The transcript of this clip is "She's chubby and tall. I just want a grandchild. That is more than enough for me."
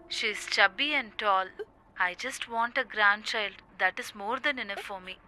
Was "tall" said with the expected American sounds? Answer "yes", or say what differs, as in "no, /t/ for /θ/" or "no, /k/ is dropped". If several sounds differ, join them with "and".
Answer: yes